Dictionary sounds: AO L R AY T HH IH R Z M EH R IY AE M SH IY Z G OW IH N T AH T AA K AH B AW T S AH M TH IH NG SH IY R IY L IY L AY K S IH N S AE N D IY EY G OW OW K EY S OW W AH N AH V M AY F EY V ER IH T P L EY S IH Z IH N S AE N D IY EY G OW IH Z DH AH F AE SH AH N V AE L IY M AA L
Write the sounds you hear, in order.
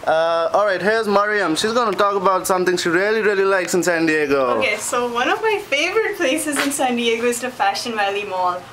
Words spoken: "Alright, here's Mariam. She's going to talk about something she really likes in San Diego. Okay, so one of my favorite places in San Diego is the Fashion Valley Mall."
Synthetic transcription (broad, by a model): AO L R AY T HH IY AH Z M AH R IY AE M SH IY Z G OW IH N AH T AA K AH B AW T S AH M T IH NG SH IY R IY L IY L AY K S IH N S AE N D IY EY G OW OW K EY S OW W AH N AH V M AY F EY V ER IH T P L EY S IH Z IH N S AE N D IY EY G OW IH Z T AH F AE SH AH N V AE L IY M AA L